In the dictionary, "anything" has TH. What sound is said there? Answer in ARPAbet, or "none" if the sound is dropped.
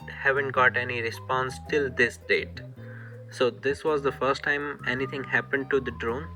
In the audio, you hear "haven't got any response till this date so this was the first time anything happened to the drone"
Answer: T